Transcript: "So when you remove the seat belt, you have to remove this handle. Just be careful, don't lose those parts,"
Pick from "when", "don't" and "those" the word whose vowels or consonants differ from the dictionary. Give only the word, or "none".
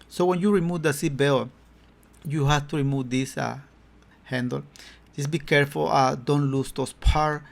those